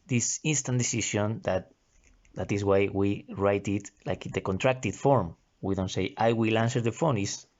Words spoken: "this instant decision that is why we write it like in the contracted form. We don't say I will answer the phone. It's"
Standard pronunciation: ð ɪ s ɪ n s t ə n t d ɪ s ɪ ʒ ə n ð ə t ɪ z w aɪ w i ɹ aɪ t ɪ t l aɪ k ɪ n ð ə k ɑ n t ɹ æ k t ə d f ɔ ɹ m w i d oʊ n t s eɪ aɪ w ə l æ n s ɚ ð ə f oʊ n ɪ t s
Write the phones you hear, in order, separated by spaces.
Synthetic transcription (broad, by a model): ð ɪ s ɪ n s t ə n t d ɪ s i ʃ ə n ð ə t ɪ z w aɪ w i ɹ aɪ t ɪ t l aɪ k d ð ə k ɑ n t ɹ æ k t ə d f ɔ ɹ m w i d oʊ n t s eɪ aɪ w ə l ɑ n s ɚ ð ə f oʊ n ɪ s